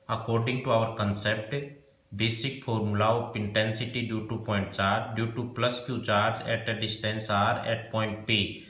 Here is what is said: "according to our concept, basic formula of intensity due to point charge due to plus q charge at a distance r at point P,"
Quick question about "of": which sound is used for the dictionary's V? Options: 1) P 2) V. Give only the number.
1